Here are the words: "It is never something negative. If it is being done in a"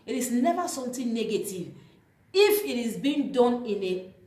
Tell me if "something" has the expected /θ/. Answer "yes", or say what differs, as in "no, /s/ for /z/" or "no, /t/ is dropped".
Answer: no, /t/ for /θ/